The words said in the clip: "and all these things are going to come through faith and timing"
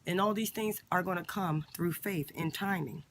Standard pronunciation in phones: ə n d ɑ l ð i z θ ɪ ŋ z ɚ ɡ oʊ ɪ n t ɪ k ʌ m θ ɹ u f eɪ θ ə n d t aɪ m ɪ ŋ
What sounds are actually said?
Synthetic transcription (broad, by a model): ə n ɑ l ð i z θ ɪ ŋ z ɚ ɡ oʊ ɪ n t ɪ k ʌ m θ ɹ u f eɪ θ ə n t aɪ m ɪ ŋ